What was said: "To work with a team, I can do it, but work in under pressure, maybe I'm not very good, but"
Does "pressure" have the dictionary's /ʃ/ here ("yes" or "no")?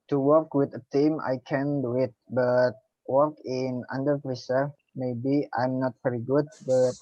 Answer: no